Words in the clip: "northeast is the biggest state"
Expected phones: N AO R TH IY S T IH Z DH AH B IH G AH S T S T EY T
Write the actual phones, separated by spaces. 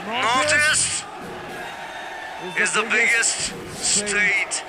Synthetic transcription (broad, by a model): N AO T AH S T IH Z DH AH B IH G AH S T S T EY T